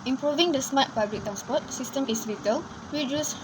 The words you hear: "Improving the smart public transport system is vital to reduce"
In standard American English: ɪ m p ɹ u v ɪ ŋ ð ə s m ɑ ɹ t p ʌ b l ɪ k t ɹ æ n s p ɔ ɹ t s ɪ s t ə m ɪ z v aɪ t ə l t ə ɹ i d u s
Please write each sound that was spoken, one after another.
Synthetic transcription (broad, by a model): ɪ m p ɹ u v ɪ ŋ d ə s m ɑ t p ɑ b l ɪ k t ɹ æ n s p ɔ t s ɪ s t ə m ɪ s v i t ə l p ɹ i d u s